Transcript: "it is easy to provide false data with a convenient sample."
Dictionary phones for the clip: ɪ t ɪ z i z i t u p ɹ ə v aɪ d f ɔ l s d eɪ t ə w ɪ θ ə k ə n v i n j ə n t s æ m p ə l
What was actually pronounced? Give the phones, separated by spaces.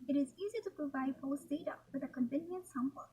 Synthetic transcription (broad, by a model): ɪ t ɪ z i z i t u p ɹ ə v aɪ d p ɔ s d eɪ t ə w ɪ ə k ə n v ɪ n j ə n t s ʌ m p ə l